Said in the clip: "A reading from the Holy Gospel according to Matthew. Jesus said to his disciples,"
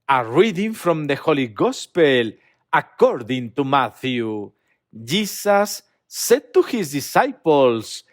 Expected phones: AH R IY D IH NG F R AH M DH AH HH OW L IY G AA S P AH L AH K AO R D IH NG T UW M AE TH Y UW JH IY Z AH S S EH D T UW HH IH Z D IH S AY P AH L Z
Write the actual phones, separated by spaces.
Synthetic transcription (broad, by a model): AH R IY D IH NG F R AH M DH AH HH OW L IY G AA S P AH L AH K AO R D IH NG T UW M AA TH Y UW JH IY S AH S S EH D T UW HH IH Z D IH S AY P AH L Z